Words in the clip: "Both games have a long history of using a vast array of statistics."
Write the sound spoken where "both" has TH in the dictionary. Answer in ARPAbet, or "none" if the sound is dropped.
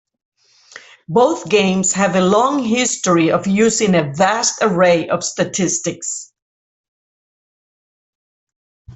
TH